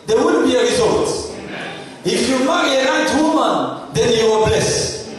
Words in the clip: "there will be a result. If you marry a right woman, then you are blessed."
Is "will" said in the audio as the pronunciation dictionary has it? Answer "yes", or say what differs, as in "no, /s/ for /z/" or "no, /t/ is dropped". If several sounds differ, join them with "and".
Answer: no, /n/ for /l/